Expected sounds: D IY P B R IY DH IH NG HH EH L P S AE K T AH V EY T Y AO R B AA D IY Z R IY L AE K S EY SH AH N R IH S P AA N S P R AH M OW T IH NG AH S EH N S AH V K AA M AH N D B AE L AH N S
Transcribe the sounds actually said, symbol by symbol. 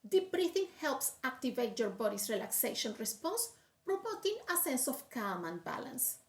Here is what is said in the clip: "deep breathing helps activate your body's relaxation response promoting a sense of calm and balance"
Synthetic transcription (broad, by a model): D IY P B R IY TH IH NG HH EH L P S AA K T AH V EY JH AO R B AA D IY S R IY L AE K S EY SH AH N R IH S P AA N S P R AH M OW T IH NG AH S EH N S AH F K AA M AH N B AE L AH N S